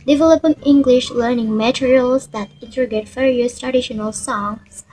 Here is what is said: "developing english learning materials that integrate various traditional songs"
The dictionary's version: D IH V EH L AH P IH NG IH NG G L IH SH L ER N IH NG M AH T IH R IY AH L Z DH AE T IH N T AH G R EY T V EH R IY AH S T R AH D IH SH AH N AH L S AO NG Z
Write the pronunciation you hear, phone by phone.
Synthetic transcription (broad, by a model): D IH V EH L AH P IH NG IH NG G L IH SH L ER N IH NG M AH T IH R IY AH L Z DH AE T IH N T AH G EY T F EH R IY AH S T R AH D IH SH AH N AH L S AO NG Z